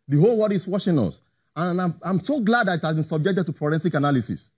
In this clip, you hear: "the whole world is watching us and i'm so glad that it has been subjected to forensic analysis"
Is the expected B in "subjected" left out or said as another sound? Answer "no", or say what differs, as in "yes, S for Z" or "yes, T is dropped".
no